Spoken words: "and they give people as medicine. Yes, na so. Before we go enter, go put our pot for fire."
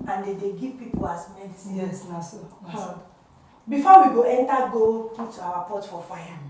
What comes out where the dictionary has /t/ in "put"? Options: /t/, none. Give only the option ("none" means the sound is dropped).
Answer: none